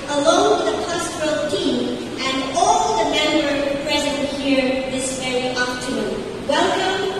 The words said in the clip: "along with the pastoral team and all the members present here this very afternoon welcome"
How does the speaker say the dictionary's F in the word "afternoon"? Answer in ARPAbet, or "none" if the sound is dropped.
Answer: P